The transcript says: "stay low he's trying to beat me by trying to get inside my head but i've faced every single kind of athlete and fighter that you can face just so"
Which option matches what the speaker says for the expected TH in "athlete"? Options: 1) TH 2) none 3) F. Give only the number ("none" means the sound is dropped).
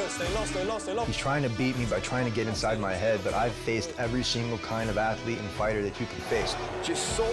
1